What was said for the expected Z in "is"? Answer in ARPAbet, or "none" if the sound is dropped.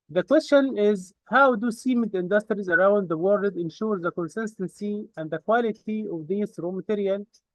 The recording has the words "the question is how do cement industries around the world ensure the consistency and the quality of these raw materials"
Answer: Z